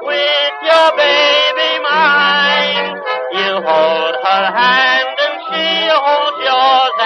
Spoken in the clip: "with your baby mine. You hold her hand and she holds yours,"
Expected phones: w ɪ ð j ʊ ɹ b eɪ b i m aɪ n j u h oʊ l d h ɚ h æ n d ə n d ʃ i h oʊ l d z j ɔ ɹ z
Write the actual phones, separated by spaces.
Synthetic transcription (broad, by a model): w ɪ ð j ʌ ɹ b eɪ b i m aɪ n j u h oʊ l d h ɚ h æ n d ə n ʃ i h oʊ l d j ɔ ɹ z